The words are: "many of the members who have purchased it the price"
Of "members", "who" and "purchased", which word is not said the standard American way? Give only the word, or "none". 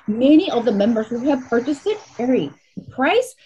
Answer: none